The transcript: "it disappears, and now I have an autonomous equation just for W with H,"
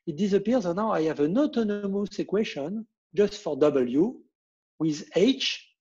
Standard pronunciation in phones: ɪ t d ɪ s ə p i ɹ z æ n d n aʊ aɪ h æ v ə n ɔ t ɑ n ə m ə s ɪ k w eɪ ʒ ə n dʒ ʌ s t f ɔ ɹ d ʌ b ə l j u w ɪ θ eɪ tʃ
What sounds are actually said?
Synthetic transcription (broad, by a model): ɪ t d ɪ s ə p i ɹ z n n aʊ aɪ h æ v ə n ɔ t ɑ n ə m ə s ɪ k w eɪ ʃ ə n dʒ ʌ s t f ɔ ɹ d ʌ b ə l j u w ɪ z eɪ tʃ